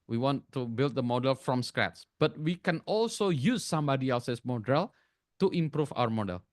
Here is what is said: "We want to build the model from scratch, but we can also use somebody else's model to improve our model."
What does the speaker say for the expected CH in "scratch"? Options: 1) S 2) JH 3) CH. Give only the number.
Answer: 1